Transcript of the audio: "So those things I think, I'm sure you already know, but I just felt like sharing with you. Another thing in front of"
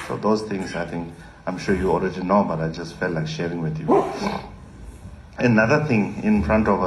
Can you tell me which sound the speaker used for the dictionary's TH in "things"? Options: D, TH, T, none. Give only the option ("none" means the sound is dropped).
T